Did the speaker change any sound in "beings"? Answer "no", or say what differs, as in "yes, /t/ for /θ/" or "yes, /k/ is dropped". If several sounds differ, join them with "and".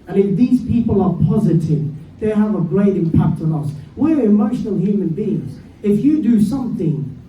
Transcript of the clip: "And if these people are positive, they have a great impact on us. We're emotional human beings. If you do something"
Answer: no